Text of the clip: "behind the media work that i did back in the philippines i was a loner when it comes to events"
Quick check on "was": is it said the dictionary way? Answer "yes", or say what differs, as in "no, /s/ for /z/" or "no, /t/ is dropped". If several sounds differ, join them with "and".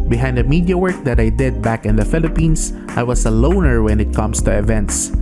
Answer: no, /s/ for /z/